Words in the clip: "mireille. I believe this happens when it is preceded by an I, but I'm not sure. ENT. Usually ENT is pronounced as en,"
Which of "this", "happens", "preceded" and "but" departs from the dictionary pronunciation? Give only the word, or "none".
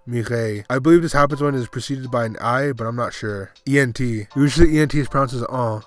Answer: none